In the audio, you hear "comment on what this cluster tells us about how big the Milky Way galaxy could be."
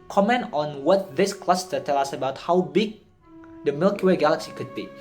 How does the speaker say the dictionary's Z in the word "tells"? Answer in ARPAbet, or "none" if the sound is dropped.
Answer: none